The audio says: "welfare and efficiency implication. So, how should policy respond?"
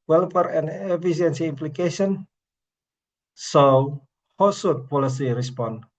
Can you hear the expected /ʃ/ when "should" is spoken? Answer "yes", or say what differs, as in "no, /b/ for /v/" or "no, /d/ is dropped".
no, /s/ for /ʃ/